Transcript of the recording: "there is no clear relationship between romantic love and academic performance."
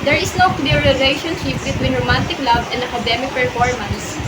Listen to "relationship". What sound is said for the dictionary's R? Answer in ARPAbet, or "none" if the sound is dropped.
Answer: L